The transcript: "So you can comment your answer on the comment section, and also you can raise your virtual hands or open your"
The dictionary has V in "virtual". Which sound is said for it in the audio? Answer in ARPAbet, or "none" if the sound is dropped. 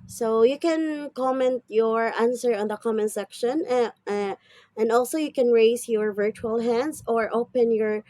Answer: V